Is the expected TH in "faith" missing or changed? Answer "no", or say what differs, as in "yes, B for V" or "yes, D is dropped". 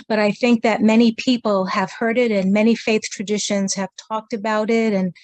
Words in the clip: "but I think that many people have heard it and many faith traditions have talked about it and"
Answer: no